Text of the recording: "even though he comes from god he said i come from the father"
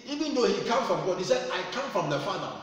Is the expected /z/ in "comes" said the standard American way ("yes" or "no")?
no